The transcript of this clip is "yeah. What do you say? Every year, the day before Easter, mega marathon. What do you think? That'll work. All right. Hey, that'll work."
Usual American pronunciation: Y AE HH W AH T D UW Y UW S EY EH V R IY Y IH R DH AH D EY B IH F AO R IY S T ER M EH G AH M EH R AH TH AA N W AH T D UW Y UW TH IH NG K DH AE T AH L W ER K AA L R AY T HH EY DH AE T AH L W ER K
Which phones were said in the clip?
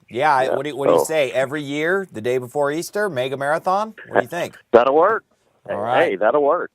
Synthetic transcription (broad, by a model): Y AE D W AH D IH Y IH S EY EH V R IY Y IH R DH AH D EY B IH F AO R IY S T ER M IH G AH M EH R AH TH AA N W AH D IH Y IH TH IH NG K DH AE T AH W ER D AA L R AY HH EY DH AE T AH W ER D